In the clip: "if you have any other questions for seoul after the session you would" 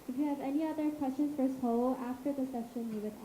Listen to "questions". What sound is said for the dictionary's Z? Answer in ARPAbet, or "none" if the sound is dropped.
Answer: none